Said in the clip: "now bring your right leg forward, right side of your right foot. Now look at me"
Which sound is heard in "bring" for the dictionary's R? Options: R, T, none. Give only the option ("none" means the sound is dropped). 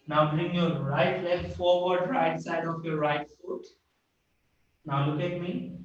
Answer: R